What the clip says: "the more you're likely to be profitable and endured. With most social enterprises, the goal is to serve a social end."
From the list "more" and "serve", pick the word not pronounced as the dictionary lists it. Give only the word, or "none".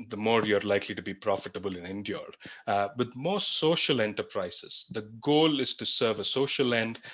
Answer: none